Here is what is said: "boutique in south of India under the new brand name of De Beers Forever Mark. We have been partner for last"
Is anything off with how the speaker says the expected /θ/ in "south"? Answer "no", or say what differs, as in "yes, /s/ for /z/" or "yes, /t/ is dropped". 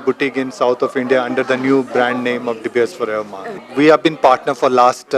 yes, /t/ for /θ/